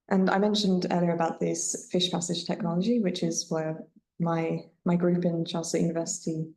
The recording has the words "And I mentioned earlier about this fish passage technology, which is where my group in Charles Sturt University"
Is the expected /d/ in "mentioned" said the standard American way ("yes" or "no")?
yes